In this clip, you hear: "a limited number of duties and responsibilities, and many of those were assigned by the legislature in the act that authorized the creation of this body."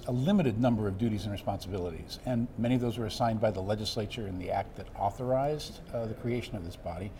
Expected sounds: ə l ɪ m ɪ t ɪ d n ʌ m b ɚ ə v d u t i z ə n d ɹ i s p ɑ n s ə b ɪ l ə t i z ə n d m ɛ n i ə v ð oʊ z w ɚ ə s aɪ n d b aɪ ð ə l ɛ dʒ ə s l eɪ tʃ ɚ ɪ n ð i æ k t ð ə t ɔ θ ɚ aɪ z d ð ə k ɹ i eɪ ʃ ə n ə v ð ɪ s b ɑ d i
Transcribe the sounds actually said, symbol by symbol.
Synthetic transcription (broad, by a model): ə l ɪ m ɪ t ɪ d n ʌ m b ɚ ə v d u t i z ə n ɹ i s p ɑ n s ə b ɪ l ə t i z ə n m ɛ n i ə v ð oʊ z w ɚ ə s aɪ n b aɪ ð ə l ɛ dʒ ə s l eɪ tʃ ɚ ɪ n ð i æ k t ð ə t ɔ θ ɚ aɪ z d ð ə k ɹ i eɪ ʃ ə n ə v ð ɪ s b ɑ d i